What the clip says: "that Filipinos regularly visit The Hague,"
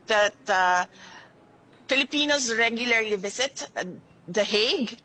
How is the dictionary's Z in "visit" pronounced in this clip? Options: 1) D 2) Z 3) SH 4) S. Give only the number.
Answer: 4